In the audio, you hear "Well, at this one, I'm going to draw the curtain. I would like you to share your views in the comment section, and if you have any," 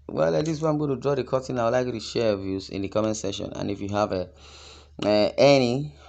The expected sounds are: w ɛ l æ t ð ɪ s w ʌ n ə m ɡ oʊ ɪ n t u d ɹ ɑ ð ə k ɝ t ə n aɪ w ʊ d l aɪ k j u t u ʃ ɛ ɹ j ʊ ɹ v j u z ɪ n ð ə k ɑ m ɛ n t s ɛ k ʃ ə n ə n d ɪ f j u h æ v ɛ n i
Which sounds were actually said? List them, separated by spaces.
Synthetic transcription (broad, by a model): w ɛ l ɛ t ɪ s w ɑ ə m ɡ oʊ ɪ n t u d ɹ ɑ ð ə k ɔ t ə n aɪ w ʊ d l aɪ k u t u ʃ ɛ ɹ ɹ v j u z ɪ n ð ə k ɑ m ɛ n s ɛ ʃ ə n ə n ɪ f j u h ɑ v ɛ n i